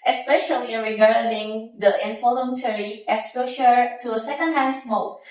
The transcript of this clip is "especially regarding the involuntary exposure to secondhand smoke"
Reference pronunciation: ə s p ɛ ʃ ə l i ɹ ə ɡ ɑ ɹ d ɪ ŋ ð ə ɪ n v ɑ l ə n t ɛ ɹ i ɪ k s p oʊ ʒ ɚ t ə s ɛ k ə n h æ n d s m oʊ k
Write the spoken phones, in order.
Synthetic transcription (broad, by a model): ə s p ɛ ʃ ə l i ɹ ə ɡ ɑ ɹ d ɪ ŋ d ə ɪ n f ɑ l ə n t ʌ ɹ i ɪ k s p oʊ ʃ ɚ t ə s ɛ k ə n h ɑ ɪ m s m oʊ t